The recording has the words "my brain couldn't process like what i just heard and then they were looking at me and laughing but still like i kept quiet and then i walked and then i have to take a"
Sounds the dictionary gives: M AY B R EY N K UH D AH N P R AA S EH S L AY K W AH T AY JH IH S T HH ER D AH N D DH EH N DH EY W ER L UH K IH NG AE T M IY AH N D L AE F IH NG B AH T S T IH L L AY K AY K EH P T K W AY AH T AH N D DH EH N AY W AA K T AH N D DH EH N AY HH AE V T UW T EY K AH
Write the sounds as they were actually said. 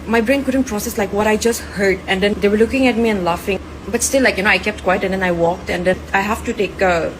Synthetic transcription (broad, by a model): M AY B R EY N K UH D AH N P R AA S EH S L AY K W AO T AY JH IH S T HH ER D AH N D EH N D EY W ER L UH K IH NG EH T M IY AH N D L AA F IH NG B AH T S T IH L L AY K AY K EH P T K W AY AH T AH N D EH N AY W AA K T AH N D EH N AY HH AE F T UW T EY K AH